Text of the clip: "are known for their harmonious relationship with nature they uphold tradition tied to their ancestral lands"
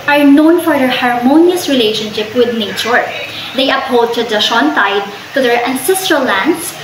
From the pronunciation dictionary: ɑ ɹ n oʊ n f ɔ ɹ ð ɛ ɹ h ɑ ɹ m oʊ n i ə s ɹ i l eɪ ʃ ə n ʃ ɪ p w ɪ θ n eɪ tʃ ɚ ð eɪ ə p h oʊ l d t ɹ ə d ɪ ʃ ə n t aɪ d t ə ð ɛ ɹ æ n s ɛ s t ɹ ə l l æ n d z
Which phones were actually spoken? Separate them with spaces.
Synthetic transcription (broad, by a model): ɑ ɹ n oʊ n f ɔ ɹ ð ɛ ɹ h ɑ ɹ m oʊ n i ə s ɹ i l eɪ ʃ ə n ʃ ɪ p w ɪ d n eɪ tʃ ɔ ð eɪ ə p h oʊ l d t ə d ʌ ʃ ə n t aɪ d t ə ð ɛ ɹ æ n s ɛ s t ɹ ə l l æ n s